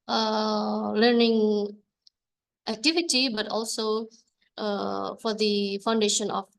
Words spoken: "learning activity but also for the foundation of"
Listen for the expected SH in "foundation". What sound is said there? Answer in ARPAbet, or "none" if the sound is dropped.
SH